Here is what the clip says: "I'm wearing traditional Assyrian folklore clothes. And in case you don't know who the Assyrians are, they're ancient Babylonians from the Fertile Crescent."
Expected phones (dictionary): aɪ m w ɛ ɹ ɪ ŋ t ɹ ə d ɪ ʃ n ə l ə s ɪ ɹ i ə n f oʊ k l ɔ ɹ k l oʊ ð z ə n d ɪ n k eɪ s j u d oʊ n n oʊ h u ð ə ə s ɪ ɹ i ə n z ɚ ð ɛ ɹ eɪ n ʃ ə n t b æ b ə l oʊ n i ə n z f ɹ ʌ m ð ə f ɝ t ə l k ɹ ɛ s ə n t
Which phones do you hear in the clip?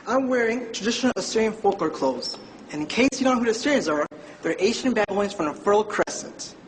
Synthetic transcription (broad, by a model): aɪ m w ɛ ɹ ɪ ŋ t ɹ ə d ɪ ʃ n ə l ə s ɪ ɹ i ə n f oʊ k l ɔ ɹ k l oʊ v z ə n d ɪ n k eɪ s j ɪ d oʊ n n oʊ h u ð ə ə s ɪ ɹ i ə n z ɚ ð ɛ ɹ eɪ ʃ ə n b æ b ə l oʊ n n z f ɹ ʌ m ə f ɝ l k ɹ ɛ s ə n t